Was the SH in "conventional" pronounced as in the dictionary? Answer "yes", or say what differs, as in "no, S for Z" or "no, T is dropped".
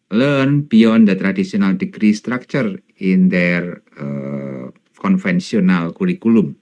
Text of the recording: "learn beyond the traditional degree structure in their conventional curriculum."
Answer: no, S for SH